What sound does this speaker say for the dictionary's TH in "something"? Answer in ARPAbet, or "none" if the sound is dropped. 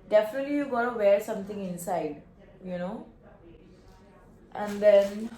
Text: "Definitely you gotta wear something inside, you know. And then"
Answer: T